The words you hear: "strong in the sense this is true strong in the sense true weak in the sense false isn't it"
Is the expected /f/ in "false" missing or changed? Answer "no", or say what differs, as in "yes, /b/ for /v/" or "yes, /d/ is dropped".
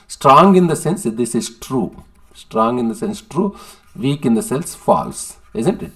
no